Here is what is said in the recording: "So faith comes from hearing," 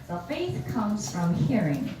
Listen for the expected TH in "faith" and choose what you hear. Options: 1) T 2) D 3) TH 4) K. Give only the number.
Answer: 3